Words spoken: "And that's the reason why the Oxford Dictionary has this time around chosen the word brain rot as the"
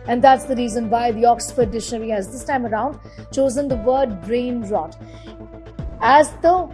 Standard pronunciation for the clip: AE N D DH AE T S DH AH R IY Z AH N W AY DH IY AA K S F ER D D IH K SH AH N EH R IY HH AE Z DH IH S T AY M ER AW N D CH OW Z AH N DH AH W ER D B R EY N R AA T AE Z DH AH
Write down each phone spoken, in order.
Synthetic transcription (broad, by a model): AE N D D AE T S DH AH R IY Z AH N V AY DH IY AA K S F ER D D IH SH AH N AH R IY HH AE Z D IH S T AY M ER AW N D CH OW Z AH N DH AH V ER D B R EY N R AA T AE Z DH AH